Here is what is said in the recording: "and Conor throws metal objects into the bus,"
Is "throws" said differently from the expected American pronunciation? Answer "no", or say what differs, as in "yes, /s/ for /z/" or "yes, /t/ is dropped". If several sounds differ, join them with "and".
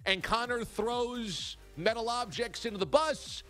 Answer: no